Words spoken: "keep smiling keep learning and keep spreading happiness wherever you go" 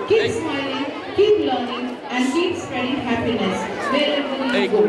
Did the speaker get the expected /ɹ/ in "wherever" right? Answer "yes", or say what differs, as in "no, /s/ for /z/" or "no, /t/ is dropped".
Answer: no, /l/ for /ɹ/